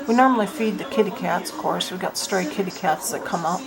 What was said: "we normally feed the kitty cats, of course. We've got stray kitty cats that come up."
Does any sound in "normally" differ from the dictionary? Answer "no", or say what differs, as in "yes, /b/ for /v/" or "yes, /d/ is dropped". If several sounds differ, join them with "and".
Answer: no